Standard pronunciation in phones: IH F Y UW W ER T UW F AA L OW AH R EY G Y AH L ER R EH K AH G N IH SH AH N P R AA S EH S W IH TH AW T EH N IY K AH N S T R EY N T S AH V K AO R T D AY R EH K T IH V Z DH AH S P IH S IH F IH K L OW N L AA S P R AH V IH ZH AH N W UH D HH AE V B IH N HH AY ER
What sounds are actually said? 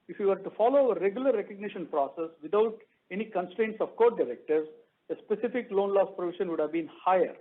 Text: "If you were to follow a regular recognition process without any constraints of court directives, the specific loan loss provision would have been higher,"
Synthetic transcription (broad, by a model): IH F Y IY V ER T UW F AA L OW AH R EY G Y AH L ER R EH K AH G N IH SH AH N P R AA S EH S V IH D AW T EH N IY K AH N S T R EY N T S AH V K AO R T D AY R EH K T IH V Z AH S P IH S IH F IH K L OW N L AA S P R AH V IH SH AH N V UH D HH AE V B IH N HH AY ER